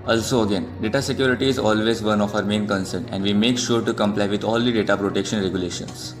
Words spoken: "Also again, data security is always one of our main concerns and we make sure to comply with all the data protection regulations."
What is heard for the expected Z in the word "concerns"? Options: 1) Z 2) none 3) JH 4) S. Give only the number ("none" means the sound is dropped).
2